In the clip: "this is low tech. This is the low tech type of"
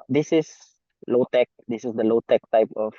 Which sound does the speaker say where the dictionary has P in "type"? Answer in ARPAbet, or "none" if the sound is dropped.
P